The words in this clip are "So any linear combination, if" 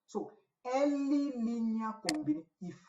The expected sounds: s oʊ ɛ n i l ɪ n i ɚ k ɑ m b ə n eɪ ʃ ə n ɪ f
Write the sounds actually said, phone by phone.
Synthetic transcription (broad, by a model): s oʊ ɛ l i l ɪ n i k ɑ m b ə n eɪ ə ɪ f